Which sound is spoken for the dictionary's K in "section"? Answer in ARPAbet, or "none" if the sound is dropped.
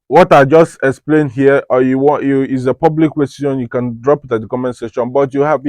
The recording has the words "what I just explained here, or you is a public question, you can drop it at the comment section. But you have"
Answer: none